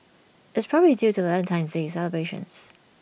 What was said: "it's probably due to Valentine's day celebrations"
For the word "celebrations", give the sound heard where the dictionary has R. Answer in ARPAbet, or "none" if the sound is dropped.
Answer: none